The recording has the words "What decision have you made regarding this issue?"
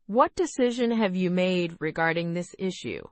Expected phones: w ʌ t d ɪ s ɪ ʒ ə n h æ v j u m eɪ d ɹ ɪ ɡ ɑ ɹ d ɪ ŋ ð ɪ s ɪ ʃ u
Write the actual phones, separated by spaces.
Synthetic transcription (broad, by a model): w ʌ t d ɪ s ɪ ʒ ə n h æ v j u m eɪ d ɹ ɪ ɡ ɑ ɹ d ɪ ŋ ð ɪ s ɪ ʃ u